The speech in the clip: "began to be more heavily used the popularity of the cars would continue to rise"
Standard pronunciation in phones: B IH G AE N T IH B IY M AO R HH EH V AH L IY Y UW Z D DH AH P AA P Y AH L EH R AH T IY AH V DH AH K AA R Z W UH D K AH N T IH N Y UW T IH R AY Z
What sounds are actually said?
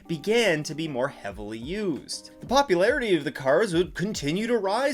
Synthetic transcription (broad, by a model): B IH G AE N T IH B IY M AO R HH EH V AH L IY Y UW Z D DH AH P AA P Y AH L EH R AH T IY AH V DH AH K AA R Z W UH D K AH N T IH N Y UW T IH R AY